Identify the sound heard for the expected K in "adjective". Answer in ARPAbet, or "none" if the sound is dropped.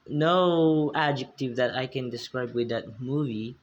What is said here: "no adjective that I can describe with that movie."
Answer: K